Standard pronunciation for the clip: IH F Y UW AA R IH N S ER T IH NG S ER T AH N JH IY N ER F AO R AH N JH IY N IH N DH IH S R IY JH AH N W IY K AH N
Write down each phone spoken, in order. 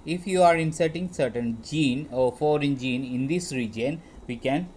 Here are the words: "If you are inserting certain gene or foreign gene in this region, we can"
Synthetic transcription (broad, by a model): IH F Y UW AA R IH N S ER T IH NG S ER T AH N JH IY N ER F AO R AH N JH IY N IH N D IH S R IY JH AH N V IY K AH N